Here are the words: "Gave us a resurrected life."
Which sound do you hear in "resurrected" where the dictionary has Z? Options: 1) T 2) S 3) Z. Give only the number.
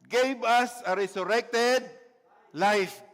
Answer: 2